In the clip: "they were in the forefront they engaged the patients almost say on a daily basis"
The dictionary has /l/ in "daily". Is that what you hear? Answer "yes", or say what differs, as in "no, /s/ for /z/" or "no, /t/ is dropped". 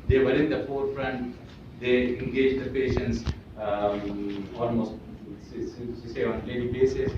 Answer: no, /n/ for /l/